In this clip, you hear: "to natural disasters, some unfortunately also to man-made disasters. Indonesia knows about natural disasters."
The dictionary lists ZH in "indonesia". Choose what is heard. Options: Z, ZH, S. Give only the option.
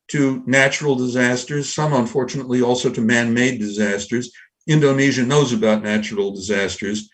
ZH